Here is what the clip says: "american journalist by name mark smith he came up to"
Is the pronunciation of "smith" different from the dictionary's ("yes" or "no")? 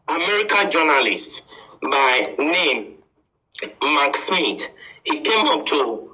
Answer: yes